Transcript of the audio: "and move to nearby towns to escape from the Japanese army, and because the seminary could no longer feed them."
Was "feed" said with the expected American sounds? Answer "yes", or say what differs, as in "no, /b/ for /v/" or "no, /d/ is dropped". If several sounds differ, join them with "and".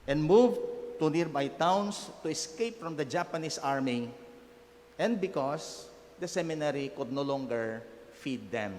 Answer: yes